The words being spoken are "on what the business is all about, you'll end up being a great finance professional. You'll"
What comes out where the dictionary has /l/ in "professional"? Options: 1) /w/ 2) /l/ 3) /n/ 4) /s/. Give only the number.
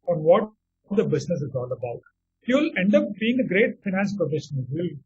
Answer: 3